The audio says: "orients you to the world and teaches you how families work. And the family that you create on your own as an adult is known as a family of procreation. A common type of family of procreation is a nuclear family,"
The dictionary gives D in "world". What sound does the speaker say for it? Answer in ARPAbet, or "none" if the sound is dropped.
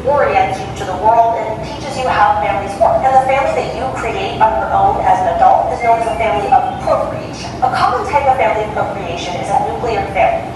D